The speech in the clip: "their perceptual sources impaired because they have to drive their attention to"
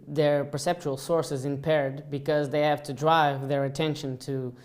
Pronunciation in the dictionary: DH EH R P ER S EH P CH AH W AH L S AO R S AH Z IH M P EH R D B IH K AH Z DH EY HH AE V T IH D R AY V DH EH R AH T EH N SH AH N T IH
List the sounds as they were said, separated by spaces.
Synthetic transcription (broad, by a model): DH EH R P ER S EH P CH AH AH L S AO R S AH Z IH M P EH R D B IH K AH Z DH EY HH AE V T IH D R AY V DH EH R AH T EH N SH AH N T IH